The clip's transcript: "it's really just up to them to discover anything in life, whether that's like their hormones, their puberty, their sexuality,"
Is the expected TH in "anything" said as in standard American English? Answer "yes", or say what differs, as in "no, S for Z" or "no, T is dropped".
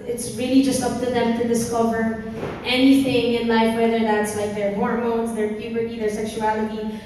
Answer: yes